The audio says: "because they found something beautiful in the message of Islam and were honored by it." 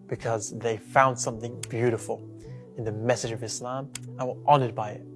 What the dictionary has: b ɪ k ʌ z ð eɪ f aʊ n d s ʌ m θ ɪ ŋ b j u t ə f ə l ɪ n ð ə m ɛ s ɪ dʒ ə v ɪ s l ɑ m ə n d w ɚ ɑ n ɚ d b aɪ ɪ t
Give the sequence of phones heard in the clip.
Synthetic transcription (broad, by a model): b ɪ k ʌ z ð eɪ f aʊ n d s ʌ m θ ɪ ŋ b j u t ə f ə l ɪ n ð ə m ɛ s ɪ dʒ ə v ɪ s l ɑ m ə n w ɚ ɑ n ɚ d b aɪ ɪ t